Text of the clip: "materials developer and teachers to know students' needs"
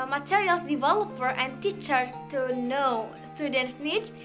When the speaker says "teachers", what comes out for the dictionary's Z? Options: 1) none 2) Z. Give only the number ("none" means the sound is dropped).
1